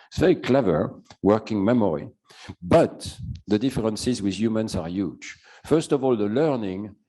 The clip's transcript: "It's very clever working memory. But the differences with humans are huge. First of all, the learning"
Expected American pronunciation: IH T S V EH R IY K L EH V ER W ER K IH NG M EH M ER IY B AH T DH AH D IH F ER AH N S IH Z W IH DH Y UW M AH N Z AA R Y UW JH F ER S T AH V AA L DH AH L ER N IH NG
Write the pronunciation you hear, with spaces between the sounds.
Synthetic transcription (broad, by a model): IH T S V EH R IY K L EH V ER W ER K IH NG M EH M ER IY B AH T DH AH D IH F ER AH N S IH Z W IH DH Y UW M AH N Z AA R Y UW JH F ER S T AH V AA L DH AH L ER N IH NG